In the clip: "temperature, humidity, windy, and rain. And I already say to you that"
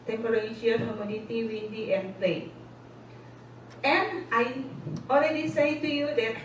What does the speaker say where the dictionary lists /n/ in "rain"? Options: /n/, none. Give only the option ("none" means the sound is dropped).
none